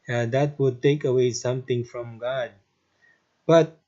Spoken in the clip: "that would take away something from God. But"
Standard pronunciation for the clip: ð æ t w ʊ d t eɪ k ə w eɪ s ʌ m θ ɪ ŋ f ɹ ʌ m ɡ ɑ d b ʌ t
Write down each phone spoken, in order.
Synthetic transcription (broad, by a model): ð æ t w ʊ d t eɪ k ə w eɪ s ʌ m t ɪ ŋ f ɹ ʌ m ɡ ɑ d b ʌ t